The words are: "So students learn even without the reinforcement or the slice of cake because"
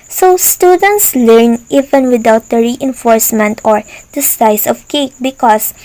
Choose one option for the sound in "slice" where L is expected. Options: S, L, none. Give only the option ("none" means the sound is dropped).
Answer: none